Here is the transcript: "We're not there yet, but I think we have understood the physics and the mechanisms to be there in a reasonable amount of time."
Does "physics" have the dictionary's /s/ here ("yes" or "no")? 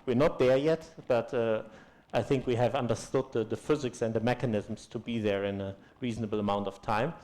yes